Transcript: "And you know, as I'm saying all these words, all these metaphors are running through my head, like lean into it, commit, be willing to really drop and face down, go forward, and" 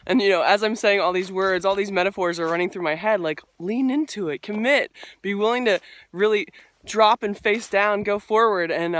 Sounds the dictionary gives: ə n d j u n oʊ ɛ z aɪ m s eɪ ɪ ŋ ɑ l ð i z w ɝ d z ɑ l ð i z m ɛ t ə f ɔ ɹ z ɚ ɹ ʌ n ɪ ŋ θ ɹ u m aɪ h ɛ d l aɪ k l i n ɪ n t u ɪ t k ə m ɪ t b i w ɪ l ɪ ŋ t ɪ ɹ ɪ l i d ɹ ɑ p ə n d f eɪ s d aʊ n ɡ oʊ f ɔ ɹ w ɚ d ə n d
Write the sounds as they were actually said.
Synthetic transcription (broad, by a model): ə n j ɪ n oʊ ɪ z aɪ m s eɪ ɪ ŋ ɑ l ð i z w ɝ d z ɑ l ð i z m ɛ t ə f ɔ ɹ z ɚ ɹ ʌ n ɪ ŋ θ ɹ u m aɪ h ɛ d l aɪ k l i n ɪ n t u ɪ t k ə m ɪ t b i w ɪ l ɪ ŋ t ɪ ɹ ɪ l i d ɹ ɑ p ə n f eɪ s d aʊ n ɡ oʊ f ɔ ɹ w ɚ d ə n